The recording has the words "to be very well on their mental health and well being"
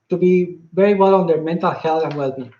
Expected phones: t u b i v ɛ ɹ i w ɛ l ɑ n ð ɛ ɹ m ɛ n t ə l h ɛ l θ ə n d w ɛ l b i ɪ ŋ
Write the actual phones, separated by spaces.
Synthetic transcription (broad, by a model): t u b i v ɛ ɹ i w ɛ l ɑ n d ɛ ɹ m ɛ n t ə l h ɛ l t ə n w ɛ l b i